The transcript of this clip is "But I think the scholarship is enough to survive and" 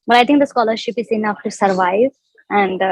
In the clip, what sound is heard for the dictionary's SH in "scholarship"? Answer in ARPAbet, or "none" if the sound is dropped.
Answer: SH